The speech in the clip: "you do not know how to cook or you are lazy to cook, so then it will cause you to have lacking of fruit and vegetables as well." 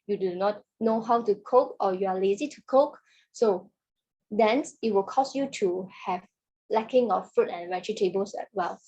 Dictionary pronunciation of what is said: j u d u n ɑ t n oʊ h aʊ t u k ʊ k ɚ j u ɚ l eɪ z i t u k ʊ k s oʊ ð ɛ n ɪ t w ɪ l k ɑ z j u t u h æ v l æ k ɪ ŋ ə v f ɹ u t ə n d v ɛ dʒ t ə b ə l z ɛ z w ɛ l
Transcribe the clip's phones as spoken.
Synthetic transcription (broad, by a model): j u d u n ɑ t n oʊ h aʊ t u k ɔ k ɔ j u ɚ l eɪ z i t u k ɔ k s oʊ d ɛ n ɪ t w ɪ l k ɑ s j u t u h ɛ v l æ k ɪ ŋ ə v f ɹ u t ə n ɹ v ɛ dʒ t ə b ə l s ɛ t w ɛ l